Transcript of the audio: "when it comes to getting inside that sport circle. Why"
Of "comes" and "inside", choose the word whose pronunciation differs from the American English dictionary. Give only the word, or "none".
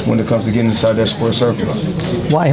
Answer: inside